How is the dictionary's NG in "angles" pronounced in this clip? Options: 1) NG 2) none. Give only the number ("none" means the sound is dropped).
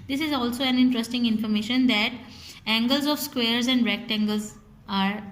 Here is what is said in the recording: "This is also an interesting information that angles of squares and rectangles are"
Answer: 1